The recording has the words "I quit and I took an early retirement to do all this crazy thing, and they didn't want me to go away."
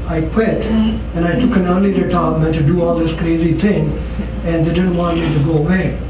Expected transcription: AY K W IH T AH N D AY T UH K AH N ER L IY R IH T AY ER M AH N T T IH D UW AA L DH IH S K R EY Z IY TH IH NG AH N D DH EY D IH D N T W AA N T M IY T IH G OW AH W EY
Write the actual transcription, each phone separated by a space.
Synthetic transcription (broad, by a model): AY K W IH T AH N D AY T UH K AH N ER L IY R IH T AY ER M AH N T T IH D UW AA L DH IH S K R EY Z IY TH IH NG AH N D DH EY D IH D N T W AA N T M IY T IH G OW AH W EY